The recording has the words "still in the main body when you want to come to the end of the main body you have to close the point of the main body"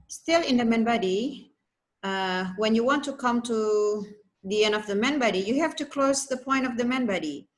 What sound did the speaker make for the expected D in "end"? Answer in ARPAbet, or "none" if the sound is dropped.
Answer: D